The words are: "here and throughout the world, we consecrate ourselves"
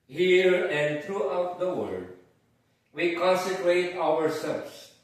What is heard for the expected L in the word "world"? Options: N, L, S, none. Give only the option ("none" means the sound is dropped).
none